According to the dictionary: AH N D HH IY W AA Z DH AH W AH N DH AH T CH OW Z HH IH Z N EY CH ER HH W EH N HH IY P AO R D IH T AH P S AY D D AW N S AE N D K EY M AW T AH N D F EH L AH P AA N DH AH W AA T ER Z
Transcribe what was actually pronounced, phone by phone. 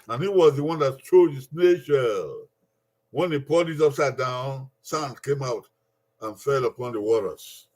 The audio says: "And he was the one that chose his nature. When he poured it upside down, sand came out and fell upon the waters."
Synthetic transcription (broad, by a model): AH N HH IY W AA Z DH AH W AH N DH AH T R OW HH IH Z N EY SH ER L W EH N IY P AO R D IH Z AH P S AY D D AW N S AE N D K EY M AW T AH N F EH L AH P AA N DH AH W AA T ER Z